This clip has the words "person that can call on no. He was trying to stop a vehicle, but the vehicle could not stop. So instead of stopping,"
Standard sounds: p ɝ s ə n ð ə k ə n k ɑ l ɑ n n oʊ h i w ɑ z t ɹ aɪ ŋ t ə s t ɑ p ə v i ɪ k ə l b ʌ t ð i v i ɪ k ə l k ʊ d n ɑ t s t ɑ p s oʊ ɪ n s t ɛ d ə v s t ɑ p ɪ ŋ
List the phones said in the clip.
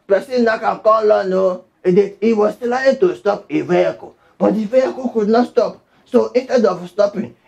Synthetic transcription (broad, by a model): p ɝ s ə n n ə k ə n k ɑ l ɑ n n oʊ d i w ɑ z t l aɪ t ə s t ɑ p ə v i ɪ k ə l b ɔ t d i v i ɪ k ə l k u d n ɑ t s t ɑ p s oʊ ɪ n s t ɛ d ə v s t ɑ p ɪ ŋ